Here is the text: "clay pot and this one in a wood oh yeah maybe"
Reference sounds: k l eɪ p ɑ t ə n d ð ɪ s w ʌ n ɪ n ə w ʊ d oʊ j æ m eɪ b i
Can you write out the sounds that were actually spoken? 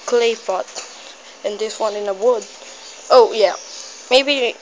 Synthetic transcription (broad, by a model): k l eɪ f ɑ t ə n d ð ɪ s w ʌ n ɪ n ə w ʊ d oʊ j æ m eɪ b i